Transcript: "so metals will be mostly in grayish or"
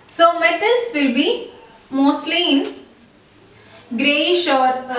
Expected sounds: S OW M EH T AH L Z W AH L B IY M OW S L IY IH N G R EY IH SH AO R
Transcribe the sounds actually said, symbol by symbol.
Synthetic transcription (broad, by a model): S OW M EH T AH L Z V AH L B IY M OW S L IY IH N G R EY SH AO R